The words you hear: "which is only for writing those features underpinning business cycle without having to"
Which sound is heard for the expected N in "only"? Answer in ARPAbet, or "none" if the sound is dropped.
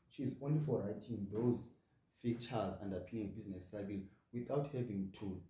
N